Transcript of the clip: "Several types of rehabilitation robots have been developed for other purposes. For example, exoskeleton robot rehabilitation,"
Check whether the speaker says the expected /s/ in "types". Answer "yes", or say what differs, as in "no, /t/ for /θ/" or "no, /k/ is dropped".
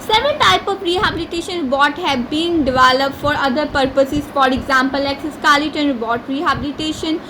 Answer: no, /s/ is dropped